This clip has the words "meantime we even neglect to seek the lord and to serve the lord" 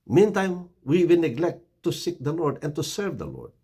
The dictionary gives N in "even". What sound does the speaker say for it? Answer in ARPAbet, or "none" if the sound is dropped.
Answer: L